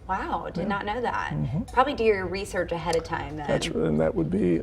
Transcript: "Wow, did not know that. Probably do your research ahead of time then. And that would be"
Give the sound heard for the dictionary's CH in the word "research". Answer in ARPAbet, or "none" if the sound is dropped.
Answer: CH